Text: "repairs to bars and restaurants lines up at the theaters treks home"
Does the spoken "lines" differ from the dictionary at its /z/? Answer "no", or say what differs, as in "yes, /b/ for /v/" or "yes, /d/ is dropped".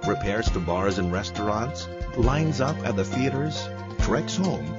no